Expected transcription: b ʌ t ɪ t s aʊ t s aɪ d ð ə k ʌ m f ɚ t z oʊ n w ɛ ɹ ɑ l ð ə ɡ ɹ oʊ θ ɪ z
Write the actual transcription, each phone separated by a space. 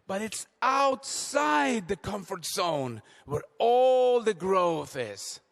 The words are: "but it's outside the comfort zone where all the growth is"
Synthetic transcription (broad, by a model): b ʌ t ɪ t s aʊ t s aɪ d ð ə k ʌ m f ɚ t z oʊ n w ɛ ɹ ɑ l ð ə ɡ ɹ oʊ θ ɪ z